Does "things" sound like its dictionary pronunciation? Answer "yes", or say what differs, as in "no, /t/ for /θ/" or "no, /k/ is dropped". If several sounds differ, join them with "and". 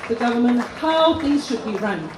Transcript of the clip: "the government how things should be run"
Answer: no, /ŋ/ is dropped